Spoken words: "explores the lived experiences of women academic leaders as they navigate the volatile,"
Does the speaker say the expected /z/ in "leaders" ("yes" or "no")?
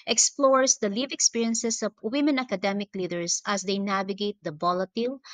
no